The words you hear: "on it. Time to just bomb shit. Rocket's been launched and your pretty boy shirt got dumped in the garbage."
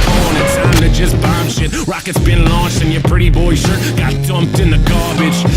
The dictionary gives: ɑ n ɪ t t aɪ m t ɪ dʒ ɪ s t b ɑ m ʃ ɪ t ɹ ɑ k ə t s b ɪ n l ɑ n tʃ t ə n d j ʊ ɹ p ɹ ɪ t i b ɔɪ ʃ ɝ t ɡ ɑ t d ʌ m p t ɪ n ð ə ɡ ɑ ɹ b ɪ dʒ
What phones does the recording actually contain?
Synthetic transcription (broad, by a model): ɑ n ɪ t s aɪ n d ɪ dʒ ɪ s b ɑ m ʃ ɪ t ɹ ɑ k ə t s b ɪ n l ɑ n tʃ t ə n j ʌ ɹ p ɹ ɪ t i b ɔɪ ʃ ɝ ɡ ɑ t d ʌ m p t ɪ n ð ə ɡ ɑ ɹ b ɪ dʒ